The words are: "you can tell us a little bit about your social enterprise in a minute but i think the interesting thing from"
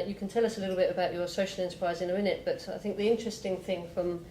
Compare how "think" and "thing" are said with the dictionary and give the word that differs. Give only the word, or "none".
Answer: none